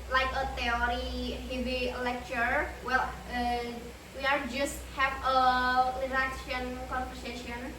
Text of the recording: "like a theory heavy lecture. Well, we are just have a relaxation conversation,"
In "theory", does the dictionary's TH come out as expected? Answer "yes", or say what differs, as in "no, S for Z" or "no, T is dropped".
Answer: no, T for TH